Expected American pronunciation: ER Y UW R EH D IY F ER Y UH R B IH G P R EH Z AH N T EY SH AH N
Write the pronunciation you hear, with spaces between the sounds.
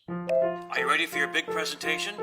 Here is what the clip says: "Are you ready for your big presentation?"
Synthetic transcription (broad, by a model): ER Y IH R EH D IY F ER Y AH R B IH G P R EH Z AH N T EY SH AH N